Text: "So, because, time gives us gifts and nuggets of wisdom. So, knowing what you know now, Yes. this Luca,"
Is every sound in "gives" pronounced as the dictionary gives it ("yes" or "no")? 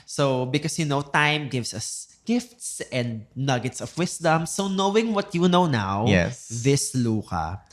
no